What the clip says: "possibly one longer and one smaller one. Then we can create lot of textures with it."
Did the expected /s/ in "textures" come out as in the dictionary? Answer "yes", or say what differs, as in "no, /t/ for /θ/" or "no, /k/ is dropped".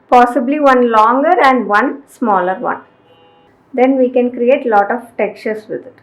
no, /s/ is dropped